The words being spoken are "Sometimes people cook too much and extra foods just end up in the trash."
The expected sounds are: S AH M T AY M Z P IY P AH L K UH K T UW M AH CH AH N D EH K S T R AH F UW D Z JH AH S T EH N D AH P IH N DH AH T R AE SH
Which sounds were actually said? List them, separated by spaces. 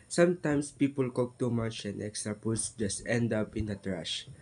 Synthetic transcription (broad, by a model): S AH M T AY M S P IY P AH L K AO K T UW M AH CH AH N D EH K S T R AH P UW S JH AH S T EH N D AH P IH N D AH T R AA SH